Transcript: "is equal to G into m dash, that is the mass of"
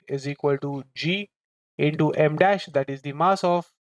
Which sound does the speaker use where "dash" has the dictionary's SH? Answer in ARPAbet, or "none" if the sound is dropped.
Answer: SH